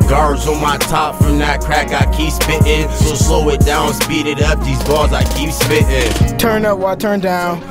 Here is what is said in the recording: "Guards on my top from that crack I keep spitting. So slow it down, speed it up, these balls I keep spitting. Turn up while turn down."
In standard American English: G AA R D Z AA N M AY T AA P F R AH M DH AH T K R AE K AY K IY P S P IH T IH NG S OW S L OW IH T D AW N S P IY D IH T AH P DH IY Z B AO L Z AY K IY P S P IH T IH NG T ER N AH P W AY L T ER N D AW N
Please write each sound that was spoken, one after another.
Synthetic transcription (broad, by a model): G AA R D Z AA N M AY T AA P F R AH M DH AH T K R AE K AY K IY P S P IH T IH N S OW S L OW IH T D AW N S P IY D IH T AH P DH IY Z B AO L Z AY K IY P S P IH T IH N T ER N AH P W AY T ER N D AW N